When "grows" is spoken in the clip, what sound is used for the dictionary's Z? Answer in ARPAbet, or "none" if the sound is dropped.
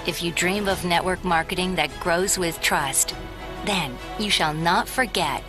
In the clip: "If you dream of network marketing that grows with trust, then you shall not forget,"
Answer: Z